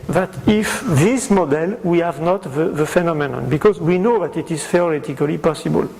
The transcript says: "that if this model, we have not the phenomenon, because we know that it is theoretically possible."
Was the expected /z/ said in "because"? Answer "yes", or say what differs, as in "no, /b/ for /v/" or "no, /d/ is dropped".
yes